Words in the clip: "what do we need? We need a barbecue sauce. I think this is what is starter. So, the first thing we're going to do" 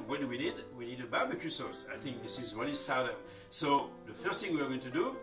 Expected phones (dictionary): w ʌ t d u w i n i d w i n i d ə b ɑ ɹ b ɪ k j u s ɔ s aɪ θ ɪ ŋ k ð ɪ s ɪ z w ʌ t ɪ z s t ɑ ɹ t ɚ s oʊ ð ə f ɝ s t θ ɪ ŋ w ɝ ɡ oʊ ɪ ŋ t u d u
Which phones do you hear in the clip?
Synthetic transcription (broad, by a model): w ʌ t d u w i n i d w i n i d ə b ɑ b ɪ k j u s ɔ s aɪ θ ɪ ŋ k ð ɪ s ɪ z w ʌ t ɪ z s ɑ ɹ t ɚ s oʊ ð ə f ɝ s t θ ɪ ŋ w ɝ ɡ oʊ ɪ ŋ t u d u